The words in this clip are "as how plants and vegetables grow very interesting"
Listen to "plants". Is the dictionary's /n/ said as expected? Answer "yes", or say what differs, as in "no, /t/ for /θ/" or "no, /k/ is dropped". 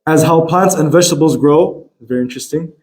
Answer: yes